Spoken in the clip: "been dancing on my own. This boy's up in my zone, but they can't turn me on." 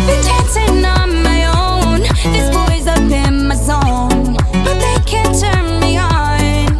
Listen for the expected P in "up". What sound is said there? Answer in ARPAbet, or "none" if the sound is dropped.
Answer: B